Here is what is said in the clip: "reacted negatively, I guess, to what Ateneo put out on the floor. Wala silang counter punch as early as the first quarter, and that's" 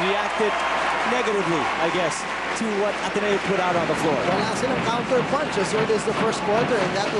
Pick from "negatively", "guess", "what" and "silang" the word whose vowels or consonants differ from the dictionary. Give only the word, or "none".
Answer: silang